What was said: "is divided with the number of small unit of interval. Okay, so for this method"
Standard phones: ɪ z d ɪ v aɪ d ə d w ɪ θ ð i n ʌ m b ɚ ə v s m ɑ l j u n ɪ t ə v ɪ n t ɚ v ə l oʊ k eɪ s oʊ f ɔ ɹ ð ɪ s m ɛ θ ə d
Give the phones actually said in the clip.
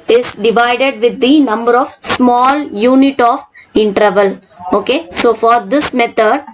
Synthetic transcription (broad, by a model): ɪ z d ɪ v aɪ d ə d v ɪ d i n ʌ m b ɚ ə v s m ɑ l j u n ɪ t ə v ɪ n t ɚ v ə l oʊ k eɪ s oʊ f ɔ ɹ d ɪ s m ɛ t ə d